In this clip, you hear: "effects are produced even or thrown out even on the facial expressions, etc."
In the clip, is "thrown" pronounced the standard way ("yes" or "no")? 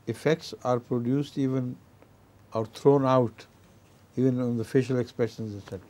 no